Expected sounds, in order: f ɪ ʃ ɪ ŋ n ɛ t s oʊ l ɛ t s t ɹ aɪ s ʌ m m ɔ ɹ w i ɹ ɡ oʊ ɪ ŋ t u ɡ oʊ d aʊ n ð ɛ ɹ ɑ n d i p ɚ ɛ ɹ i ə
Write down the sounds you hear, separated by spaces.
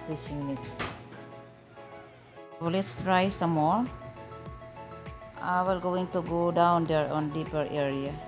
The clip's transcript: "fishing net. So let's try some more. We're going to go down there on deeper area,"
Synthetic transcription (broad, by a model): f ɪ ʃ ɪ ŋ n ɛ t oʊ l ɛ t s t ɹ aɪ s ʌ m m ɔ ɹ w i l ɡ oʊ ɪ ŋ t u ɡ oʊ d aʊ n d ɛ ɹ ɑ n d i p ɚ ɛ ɹ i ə